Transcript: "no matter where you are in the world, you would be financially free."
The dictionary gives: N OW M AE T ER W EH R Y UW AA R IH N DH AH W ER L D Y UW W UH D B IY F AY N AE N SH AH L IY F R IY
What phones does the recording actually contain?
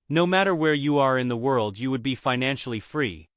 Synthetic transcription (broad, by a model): N OW M AE T ER W EH R Y UW AA R IH N DH AH W ER L D Y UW W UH D B IY F AY N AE N SH L IY F R IY